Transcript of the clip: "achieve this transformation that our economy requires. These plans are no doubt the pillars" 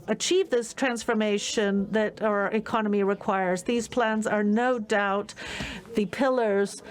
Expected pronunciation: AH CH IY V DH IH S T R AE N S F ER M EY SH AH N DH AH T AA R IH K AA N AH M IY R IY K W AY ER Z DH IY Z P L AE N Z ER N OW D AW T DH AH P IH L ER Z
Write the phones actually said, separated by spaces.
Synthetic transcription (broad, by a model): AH CH IY V DH IH S T R AE N S F ER M EY SH AH N DH AH T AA R IH K AA N AH M IY R IY K W AY ER Z DH IY Z P L AE N Z ER N OW D AW T DH AH P IH L ER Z